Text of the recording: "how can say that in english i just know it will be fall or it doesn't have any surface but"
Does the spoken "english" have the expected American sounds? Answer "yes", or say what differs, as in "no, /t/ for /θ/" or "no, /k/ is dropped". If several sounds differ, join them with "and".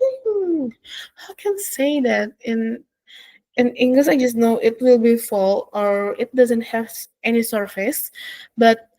no, /s/ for /ʃ/